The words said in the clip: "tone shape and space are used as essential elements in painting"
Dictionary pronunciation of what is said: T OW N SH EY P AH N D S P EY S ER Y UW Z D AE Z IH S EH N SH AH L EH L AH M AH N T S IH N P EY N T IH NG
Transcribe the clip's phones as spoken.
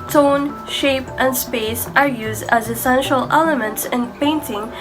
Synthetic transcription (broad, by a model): T OW N SH EY P AH N D S P EY S ER Y UW Z D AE Z IH S EH N SH AH L EH L AH M AH N T S IH N P EY N T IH NG